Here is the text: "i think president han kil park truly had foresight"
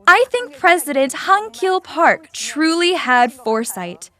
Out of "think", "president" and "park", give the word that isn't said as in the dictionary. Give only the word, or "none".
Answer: none